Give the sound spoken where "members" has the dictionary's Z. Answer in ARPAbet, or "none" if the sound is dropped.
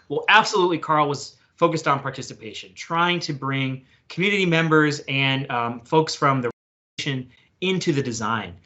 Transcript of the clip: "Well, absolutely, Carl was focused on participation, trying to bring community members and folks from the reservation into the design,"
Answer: Z